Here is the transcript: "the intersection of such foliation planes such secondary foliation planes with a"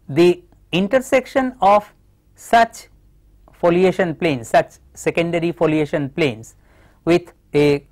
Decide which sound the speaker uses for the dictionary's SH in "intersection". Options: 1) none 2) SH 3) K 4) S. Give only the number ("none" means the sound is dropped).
2